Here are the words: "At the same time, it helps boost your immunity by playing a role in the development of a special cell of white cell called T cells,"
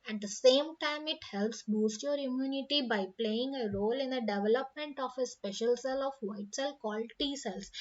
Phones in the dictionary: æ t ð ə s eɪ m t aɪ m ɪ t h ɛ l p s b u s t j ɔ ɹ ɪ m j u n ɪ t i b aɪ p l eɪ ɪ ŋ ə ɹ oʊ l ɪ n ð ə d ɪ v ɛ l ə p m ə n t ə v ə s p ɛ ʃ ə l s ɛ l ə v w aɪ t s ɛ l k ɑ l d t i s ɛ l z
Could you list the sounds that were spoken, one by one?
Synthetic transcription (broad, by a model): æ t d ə s eɪ m t aɪ m ɪ t h ɛ l p s b u s t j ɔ ɹ ɪ m j u n ɪ t i b aɪ p l eɪ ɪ ŋ ə ɹ oʊ l ɪ n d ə d ɪ v ɛ l ə p m ə n t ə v ə s p ɛ ʃ ə l s ɛ l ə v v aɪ t s ɛ l k ɑ l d t i s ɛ l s